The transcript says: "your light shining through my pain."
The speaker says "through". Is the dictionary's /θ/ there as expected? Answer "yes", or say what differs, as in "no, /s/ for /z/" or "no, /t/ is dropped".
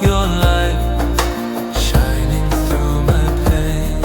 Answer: yes